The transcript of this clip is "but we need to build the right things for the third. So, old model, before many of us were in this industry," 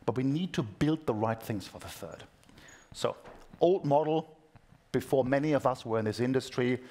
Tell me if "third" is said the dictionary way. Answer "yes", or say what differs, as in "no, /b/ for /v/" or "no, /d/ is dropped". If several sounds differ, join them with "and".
yes